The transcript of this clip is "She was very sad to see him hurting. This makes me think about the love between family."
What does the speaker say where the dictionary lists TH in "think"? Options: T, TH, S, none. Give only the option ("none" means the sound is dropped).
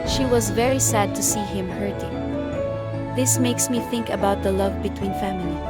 TH